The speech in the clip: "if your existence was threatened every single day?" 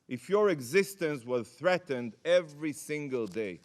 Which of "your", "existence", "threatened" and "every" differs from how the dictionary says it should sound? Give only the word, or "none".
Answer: none